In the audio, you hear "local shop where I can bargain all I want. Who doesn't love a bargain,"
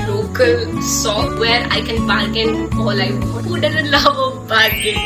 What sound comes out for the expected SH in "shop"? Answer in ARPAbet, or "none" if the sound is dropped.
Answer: S